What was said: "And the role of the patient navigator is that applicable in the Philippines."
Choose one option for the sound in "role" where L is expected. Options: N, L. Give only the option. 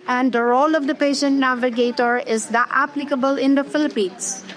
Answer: L